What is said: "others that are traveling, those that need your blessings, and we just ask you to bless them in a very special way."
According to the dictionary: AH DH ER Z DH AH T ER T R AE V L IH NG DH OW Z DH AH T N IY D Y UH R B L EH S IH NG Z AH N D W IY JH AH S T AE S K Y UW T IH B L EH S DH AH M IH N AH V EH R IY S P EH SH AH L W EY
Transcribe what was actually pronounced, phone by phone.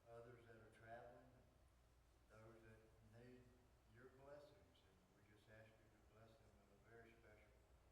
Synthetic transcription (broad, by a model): AH DH ER Z DH AH T ER T R AE V L IH NG DH OW Z DH AH T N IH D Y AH R B L EH S IH NG Z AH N W IY JH AH S T AE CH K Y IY T IH B L EH S DH AH M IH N AH V EH R IY S P EH SH L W